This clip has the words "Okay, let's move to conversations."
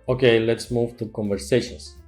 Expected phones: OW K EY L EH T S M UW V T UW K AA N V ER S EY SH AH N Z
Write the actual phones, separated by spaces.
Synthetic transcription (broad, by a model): OW K EY L EH T S M UW V T UW K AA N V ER S EY SH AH N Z